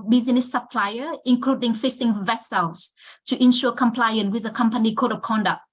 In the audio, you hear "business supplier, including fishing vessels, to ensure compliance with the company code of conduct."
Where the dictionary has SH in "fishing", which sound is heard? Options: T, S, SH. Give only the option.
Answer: S